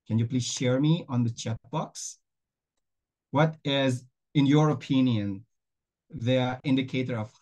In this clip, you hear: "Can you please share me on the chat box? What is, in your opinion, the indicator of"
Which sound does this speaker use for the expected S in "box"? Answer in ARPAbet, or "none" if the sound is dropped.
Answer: S